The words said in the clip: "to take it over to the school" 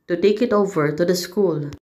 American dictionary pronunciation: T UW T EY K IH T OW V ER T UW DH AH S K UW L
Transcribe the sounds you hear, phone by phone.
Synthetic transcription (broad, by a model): T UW T EY K IH T OW V ER T UW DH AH S K UW L